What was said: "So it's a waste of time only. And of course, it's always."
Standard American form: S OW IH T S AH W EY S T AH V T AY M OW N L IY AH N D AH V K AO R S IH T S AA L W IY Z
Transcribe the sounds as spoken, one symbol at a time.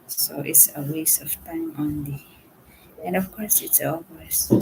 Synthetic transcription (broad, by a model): S OW IH T S AH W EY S AH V T AY M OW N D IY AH N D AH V K AO R S IH T S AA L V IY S